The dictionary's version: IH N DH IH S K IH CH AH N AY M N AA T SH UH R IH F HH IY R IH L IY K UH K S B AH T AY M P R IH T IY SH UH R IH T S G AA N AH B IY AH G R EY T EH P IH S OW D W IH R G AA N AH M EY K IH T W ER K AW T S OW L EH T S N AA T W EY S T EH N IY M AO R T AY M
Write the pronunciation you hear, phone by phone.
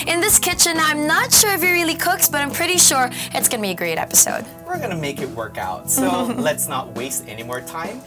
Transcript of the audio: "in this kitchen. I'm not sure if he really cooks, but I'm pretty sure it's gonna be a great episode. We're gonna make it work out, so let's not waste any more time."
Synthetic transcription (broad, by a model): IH N DH IH S K IH CH AH N AY M N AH T SH UH R IH F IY R IH L IY K UH K S B AH T AY M P R IH T IY SH UH R IH T S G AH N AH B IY AH G R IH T EH P IH S OW D W IH R G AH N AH M EY K IH T W ER K AW T S OW L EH T S N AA T W EY S T EH N IY M AO R T AY M